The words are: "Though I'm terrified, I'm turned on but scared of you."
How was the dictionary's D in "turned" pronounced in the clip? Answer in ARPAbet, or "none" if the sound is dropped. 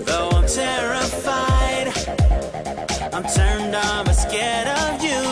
D